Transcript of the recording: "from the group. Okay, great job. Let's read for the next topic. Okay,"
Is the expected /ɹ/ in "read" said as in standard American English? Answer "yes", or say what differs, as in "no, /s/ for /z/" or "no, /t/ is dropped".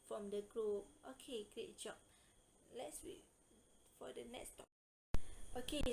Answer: no, /w/ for /ɹ/